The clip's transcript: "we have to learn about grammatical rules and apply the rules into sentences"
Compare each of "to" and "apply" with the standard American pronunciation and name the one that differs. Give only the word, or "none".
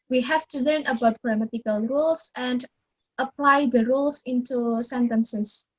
none